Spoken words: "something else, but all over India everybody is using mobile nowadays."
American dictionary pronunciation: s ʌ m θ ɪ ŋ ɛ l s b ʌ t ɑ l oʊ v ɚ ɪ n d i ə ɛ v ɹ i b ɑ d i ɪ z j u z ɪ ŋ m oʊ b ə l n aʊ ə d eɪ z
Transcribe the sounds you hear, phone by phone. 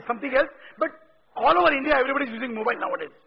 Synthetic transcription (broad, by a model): s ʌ m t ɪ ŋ ɛ l s b ʌ t ɑ l oʊ v ɚ ɪ n d i ə ɛ v ɹ i b ɑ d i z j u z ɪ ŋ m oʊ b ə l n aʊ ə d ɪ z